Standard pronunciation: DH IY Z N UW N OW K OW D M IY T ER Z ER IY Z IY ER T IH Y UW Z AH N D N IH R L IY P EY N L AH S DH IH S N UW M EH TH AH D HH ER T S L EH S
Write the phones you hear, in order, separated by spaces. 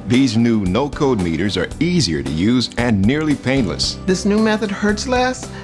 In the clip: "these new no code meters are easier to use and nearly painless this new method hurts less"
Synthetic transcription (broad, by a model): DH IY Z N UW N OW K OW D M IY T ER Z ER IY Z IY ER T IH Y UW Z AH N N IH R L IY P EY N L AH S DH IH S N UW M EH TH AH D HH ER T S L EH S